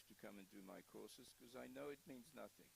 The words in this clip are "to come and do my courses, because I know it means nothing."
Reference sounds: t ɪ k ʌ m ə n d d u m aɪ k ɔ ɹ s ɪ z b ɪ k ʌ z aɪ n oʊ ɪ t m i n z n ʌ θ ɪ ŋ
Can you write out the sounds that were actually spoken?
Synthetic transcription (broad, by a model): t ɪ k ʌ m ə n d d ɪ m aɪ k ɔ ɹ s ɪ z k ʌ z aɪ n oʊ ɪ t m i n z n ʌ θ ɪ ŋ